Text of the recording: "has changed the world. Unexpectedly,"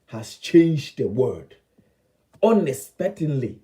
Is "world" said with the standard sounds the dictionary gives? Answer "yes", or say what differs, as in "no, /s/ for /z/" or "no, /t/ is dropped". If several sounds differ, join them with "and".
no, /l/ is dropped